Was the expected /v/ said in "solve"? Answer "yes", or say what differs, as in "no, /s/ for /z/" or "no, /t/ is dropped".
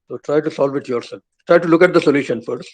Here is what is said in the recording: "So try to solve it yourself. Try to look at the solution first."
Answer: yes